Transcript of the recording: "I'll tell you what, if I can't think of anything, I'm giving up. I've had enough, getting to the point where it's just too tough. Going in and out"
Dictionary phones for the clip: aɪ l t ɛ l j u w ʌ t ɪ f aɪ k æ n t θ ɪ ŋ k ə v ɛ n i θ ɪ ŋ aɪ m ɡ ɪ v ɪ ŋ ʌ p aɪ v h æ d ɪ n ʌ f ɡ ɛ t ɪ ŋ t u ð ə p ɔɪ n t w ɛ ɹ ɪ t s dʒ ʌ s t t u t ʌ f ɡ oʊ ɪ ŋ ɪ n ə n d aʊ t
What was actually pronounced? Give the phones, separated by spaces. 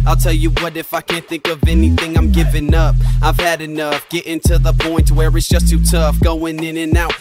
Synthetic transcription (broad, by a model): aɪ l t ɛ l j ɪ w ʌ t ɪ f aɪ k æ n θ ɪ ŋ k ə v ɛ n i θ ɪ ŋ aɪ m ɡ ɪ v ɪ ŋ ʌ p aɪ v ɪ d ɪ n ʌ f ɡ ɛ t ɪ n t u ð ə p ɔɪ n t w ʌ ɹ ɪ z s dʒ ʌ s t t u t ʌ f ɡ oʊ ɪ ŋ ɪ n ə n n aʊ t